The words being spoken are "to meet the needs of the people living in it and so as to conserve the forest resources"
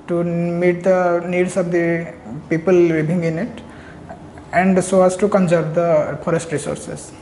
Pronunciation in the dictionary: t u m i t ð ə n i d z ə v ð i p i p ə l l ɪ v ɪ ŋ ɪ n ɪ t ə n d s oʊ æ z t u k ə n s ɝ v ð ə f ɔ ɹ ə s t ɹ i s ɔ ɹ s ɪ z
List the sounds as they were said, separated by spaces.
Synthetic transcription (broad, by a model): t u m i t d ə n i d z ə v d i p i p ə l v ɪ b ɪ ŋ ɪ n ɪ t ə n d s oʊ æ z t u k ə n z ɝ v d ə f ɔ ɹ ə s t ɹ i s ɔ ɹ s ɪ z